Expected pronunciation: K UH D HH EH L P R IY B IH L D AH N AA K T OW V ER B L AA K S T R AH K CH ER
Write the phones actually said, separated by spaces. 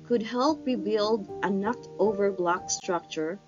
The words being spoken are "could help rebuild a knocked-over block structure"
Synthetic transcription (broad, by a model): K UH D HH EH L P R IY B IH L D AH N AA K T OW V ER B L AA K S T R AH K CH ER